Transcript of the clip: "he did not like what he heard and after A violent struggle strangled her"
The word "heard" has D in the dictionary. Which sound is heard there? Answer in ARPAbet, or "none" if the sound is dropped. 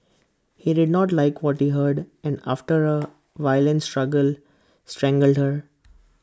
D